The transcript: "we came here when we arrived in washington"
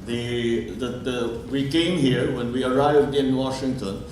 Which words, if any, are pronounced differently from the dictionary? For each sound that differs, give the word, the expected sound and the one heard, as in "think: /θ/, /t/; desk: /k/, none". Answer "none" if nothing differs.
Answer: none